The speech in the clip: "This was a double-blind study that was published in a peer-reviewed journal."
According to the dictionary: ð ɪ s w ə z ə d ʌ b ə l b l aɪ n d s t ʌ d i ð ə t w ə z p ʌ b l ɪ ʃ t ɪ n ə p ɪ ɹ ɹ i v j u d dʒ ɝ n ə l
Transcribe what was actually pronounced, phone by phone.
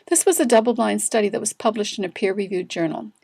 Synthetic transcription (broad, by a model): ð ɪ s w ə z ə d ʌ b l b l aɪ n s t ʌ d i ð ə t w ə z p ʌ b l ɪ ʃ t ɪ n ə p ɪ ɹ ɹ i v j u d dʒ ɝ n l